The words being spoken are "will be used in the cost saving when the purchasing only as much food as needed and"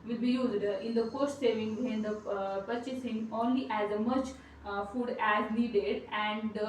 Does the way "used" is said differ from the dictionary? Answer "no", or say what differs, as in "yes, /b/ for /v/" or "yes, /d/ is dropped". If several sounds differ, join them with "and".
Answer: no